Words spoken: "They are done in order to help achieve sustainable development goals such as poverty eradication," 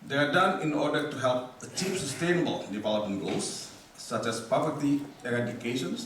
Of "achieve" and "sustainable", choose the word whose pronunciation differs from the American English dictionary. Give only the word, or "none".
achieve